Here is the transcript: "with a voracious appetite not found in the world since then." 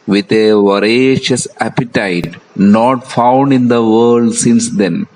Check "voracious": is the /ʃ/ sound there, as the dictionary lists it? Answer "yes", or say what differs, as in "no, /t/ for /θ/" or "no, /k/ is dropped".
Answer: yes